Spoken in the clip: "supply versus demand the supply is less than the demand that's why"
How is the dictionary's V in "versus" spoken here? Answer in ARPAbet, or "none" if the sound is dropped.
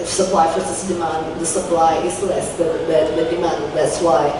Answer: F